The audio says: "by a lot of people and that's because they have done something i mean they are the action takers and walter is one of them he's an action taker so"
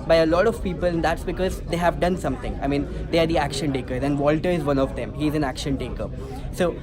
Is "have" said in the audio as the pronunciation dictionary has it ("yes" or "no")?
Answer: yes